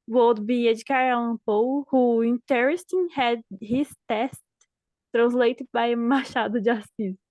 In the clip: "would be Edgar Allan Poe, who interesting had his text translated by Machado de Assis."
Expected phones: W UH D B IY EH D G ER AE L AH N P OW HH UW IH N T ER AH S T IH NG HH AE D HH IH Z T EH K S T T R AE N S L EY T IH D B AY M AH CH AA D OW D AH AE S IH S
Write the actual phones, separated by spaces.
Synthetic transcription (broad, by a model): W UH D B IY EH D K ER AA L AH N P OW HH UW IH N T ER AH S T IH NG HH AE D HH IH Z T EH S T T R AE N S L EY T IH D B AY M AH SH AA D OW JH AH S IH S